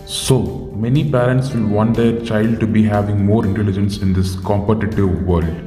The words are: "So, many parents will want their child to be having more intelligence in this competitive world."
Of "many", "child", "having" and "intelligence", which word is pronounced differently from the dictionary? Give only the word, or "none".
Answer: none